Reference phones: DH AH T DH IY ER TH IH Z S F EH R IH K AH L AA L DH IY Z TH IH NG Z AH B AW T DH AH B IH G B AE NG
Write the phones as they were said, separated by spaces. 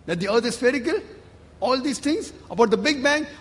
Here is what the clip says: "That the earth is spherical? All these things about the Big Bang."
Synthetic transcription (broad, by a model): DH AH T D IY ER T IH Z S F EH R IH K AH L AA L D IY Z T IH NG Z AH B AW T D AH B IH G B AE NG